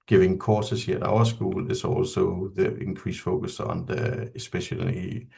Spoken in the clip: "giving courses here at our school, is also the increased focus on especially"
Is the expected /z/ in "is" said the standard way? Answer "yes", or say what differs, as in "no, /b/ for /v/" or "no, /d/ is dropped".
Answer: no, /s/ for /z/